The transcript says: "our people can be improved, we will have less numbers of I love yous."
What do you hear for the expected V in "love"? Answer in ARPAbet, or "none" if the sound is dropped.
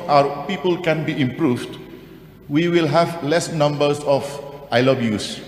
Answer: B